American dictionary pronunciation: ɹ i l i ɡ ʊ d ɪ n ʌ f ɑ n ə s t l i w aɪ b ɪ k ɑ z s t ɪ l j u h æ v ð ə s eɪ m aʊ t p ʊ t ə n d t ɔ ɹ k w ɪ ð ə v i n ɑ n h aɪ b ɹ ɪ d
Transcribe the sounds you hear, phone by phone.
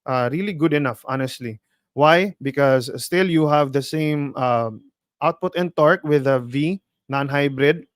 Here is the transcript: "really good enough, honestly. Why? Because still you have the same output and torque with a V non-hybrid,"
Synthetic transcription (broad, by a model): ɹ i l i ɡ ʊ d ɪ n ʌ f ɑ n ə s t l i w aɪ b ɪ k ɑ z s t ɪ l j u h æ v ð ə s eɪ m aʊ t p ʊ t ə n t ɔ ɹ k w ɪ ð ə v i n ɑ n h aɪ b ɹ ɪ d